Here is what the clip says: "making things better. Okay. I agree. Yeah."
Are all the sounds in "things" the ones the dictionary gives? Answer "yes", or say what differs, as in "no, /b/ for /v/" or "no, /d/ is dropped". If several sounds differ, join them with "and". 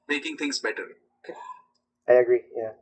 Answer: no, /t/ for /θ/